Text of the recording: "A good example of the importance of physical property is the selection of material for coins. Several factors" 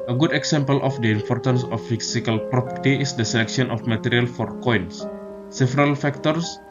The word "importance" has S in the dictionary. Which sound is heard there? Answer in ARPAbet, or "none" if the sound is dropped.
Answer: S